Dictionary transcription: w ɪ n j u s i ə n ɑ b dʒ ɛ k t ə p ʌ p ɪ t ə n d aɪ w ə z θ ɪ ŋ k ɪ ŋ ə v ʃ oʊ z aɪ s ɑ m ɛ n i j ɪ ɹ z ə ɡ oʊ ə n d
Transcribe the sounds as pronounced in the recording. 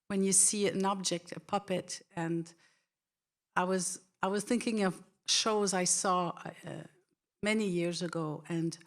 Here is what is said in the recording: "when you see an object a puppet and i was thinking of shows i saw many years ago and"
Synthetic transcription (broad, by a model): w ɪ n j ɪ s i ə n ɑ b dʒ ɛ k t ə p ʌ p ɪ t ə n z aɪ w ə z θ ɪ ŋ k ɪ ŋ ə v ʃ oʊ z aɪ s ɑ m ɛ n i j ɪ ɹ z ə ɡ oʊ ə n